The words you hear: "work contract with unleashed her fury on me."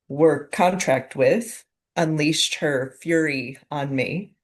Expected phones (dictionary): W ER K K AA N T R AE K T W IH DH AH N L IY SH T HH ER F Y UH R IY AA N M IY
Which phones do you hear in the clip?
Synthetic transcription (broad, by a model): W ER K K AA N T R AE K T W IH DH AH N L IY S T HH ER F Y UH R IY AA N M IY